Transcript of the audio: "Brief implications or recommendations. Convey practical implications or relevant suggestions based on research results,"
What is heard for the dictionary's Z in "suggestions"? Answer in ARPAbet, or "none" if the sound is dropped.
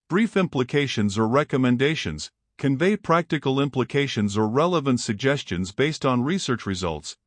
Z